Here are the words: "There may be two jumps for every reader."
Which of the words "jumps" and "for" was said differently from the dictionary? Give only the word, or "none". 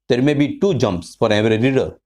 none